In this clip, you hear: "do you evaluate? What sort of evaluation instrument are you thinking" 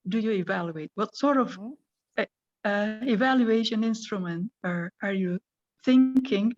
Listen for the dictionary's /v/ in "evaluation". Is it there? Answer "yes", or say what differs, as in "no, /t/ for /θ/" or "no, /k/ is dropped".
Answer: yes